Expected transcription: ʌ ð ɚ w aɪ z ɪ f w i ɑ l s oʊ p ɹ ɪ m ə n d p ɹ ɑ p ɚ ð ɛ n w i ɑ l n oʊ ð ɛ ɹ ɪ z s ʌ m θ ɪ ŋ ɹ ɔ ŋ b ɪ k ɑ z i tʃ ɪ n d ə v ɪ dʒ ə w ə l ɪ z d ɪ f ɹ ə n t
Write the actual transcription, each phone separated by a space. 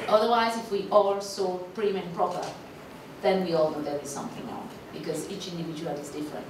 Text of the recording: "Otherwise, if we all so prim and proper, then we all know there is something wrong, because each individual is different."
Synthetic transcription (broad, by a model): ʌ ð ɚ w aɪ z ɪ f w i ɑ l s oʊ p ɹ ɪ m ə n p ɹ ɑ p ɚ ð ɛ n w i ɑ l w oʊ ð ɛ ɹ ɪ s ʌ m θ ɪ ŋ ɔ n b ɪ k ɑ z i tʃ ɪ n d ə v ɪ dʒ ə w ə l ɪ z d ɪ f ɹ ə n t